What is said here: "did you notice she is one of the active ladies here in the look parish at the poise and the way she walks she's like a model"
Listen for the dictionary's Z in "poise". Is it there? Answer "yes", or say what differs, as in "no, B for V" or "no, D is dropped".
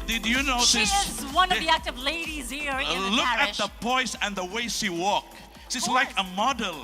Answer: no, S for Z